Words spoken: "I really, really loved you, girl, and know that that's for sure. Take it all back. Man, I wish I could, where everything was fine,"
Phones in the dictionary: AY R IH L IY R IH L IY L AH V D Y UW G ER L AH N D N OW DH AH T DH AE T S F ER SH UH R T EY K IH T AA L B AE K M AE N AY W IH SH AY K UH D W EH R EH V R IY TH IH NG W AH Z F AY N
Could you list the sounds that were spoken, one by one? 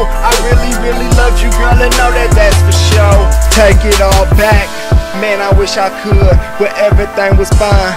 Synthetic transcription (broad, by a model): AY R IH L IY R IH L IY L AH V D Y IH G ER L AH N N OW DH AH T DH AE T S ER SH UH T EY K IH T AA L B AE K M AE N AY W IH SH AY K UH D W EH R EH V R IY TH IH NG W AH Z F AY N